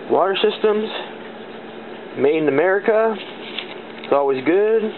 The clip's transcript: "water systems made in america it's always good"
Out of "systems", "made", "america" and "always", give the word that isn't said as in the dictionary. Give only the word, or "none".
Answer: made